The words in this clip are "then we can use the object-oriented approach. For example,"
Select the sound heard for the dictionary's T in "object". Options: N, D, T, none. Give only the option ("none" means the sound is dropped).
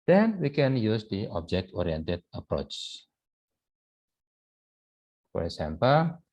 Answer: T